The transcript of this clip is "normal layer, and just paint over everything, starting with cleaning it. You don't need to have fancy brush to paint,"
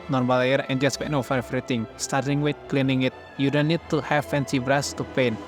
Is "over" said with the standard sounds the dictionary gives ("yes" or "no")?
no